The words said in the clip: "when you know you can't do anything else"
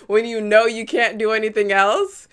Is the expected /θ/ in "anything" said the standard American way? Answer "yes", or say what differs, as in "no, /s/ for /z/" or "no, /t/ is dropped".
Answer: yes